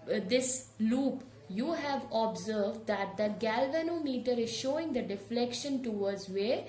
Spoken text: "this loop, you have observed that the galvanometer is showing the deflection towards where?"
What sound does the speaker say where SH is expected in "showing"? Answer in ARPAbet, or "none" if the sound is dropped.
SH